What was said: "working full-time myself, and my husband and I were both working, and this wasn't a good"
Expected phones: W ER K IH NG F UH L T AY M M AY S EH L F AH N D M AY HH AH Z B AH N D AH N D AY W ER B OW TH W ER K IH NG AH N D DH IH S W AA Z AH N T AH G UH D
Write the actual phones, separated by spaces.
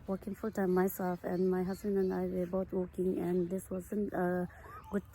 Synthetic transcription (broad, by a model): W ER K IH NG F UH L T AY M M AY S EH L F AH N M AY HH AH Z B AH N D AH N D AY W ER B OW T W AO K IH NG AH N D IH S W AA Z AH N T AH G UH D